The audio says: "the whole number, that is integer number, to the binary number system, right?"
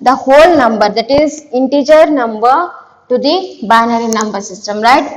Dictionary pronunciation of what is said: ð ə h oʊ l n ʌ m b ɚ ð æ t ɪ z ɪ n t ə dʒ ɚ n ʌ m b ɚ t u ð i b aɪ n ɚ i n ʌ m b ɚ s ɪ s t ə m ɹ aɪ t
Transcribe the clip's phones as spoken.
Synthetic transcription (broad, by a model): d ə h oʊ l n ʌ m b ɚ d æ t ɪ z ɪ n t ə dʒ ɚ n ʌ m b ɚ t u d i b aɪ n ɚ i n ʌ m b ɚ s ɪ s t ə m ɹ aɪ t